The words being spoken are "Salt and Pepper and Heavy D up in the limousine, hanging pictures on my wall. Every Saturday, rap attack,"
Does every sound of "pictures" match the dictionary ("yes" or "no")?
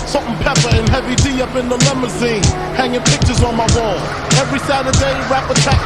yes